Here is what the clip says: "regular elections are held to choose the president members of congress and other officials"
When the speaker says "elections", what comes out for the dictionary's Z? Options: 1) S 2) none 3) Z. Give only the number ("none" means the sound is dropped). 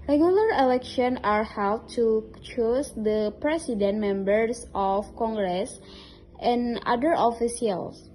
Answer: 2